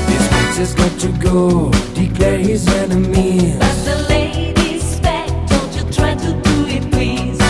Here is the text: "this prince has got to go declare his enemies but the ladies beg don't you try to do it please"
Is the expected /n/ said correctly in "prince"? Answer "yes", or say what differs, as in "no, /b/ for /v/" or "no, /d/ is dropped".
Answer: no, /n/ is dropped